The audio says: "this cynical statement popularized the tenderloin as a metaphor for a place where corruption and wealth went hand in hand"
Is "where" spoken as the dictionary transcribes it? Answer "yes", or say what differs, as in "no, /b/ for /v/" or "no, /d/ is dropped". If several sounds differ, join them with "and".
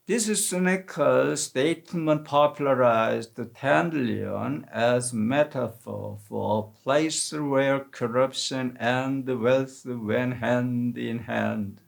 yes